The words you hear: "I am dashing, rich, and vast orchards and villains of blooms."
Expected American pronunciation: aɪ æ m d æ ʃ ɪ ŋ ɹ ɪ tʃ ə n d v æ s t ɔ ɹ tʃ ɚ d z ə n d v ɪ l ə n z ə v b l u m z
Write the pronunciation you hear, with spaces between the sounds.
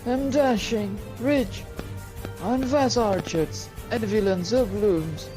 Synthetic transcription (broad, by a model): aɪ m d æ ʃ ɪ ŋ ɹ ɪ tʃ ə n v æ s ɔ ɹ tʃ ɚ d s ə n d v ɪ l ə n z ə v b l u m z